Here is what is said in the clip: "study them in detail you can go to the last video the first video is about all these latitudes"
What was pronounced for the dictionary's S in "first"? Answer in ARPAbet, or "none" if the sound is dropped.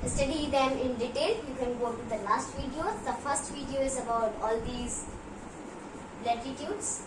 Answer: S